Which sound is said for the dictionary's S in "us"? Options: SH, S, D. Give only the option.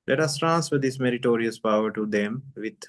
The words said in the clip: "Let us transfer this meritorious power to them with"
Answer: S